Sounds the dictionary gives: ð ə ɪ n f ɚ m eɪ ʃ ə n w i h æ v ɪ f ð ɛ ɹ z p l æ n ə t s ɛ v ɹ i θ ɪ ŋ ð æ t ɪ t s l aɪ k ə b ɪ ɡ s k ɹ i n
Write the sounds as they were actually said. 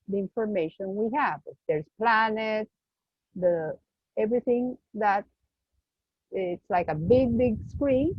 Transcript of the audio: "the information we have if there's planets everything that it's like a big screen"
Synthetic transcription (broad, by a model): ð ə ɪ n f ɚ m eɪ ʃ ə n w i h æ v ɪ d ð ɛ ɹ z p l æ n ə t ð ɛ v ɹ i θ ɪ ŋ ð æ t ɪ t s l aɪ k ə b ɪ ɡ s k ɹ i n